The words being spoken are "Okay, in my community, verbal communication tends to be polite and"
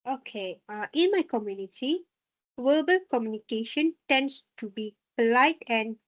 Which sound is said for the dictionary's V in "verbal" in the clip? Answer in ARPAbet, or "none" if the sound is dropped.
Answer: W